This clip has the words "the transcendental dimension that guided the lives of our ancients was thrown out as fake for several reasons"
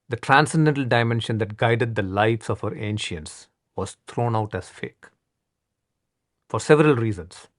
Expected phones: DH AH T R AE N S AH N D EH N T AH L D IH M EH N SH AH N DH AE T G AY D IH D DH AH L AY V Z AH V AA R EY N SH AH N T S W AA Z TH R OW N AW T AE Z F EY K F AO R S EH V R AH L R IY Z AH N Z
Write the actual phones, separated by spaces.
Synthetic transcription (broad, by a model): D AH T R AE N S AH N D EH N T AH L D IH M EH N SH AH N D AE T G AY D IH D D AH L AY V S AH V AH R EY N SH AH N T S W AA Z T R OW N AW T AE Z F EY K F AO R S EH V R AH L R IY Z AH N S